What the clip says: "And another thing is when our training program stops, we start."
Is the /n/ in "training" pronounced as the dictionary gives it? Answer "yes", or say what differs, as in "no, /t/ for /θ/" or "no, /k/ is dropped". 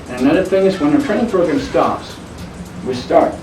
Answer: no, /n/ is dropped